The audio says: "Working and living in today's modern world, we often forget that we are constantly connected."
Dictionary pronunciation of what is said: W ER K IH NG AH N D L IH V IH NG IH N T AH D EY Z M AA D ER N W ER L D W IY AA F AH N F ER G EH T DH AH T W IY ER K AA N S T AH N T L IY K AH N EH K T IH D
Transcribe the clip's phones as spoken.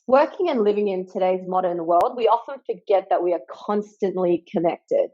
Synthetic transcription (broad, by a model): W ER K IH NG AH N L IH V IH NG IH N T AH D EY Z M AA D ER N W ER L D W IY AA F AH N F ER G EH T DH AH T W IY ER K AA N S T AH N T L IY K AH N EH K T IH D